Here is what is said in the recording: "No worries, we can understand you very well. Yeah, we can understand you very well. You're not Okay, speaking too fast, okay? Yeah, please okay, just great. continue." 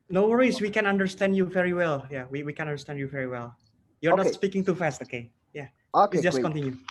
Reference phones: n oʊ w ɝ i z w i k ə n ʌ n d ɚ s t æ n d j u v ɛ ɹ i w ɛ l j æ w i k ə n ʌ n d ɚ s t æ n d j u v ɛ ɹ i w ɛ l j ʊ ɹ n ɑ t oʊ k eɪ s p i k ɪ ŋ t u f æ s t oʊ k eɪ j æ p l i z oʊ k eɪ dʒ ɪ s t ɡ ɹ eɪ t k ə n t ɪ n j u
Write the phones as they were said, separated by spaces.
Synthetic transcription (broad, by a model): n oʊ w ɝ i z w i k ə n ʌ n d ɚ s t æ n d j u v ɛ ɹ i w ɛ l j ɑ w i k ə n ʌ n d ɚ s t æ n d j u v ɛ ɹ i w ɛ l j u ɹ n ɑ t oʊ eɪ s p i k ɪ ŋ t u f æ s t oʊ k eɪ j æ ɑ oʊ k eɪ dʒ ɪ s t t k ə n t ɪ n j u